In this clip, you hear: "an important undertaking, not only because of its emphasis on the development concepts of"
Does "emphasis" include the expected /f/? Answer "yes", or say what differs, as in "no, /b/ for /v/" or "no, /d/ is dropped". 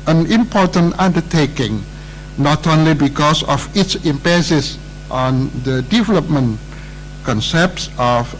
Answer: no, /p/ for /f/